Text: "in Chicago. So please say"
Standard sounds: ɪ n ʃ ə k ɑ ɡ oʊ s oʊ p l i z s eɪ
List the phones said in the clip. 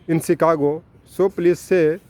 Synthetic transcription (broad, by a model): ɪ n s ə k ɑ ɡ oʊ s oʊ p l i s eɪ